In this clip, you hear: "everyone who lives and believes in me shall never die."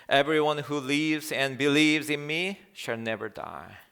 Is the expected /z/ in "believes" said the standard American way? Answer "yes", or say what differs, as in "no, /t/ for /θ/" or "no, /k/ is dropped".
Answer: yes